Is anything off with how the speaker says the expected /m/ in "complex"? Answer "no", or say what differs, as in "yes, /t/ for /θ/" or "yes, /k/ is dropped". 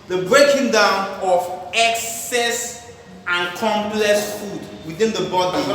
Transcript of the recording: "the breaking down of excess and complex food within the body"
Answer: no